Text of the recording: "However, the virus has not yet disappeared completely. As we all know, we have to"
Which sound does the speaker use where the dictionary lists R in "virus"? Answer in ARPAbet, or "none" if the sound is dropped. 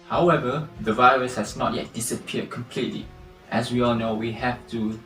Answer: R